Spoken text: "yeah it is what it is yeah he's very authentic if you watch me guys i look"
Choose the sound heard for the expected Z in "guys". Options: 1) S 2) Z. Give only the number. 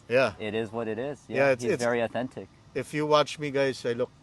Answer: 1